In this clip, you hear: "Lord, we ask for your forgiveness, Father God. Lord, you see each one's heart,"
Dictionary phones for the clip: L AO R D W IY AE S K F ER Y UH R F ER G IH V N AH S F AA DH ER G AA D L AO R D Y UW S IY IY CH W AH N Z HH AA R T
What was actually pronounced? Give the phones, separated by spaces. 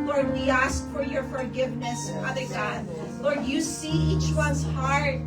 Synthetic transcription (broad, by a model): L AO R D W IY AE S K F ER Y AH R F ER G IH V N AH S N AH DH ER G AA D L AO R D Y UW S IY IY CH W AH N Z HH AA R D